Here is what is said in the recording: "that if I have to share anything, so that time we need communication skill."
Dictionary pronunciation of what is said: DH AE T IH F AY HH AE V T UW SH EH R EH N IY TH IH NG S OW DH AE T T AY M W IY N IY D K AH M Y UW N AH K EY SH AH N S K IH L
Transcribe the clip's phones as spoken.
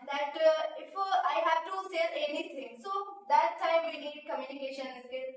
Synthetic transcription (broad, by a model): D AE T IH F AY HH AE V T UW S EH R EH N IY T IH NG S OW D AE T T AY M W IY N IY D K AH M Y UW N AH K EY SH AH N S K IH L